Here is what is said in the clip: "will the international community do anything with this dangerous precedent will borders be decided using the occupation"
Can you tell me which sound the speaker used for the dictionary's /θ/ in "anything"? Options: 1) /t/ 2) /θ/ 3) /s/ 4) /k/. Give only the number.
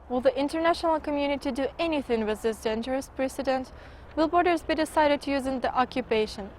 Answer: 2